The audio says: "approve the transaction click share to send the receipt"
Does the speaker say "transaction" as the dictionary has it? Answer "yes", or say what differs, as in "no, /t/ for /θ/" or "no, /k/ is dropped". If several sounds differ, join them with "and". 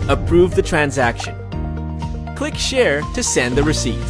yes